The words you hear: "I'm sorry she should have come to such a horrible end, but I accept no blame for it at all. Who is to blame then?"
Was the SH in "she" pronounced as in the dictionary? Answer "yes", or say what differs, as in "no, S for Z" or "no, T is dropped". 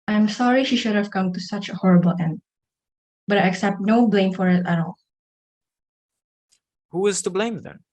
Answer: yes